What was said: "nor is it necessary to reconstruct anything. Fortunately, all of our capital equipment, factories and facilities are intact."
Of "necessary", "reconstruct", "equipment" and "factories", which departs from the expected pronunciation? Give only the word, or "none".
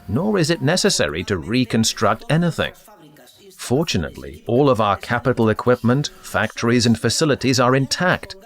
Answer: none